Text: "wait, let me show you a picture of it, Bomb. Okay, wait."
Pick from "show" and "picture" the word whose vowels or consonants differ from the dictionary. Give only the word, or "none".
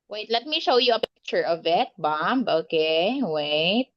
none